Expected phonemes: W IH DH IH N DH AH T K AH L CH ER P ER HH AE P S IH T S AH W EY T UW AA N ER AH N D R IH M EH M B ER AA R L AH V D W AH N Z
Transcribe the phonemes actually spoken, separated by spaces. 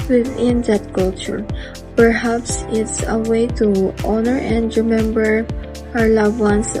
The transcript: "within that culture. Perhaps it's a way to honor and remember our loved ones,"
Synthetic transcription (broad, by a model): W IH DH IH N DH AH T K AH L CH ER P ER HH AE P S IH T S AH W EY T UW AA N ER AH N D R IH M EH M B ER AA R L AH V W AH N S